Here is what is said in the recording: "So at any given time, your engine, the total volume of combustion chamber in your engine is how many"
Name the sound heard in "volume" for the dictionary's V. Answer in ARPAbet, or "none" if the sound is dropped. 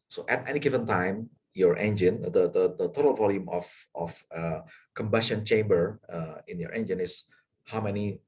V